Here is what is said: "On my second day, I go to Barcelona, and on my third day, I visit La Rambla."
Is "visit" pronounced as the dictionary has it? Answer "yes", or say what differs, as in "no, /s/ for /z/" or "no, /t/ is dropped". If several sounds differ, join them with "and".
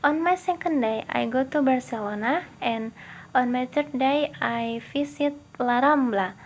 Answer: no, /f/ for /v/ and /s/ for /z/